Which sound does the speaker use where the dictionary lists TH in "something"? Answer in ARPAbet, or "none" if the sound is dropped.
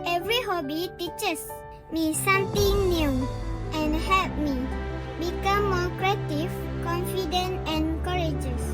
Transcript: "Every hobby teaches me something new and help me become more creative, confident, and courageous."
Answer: T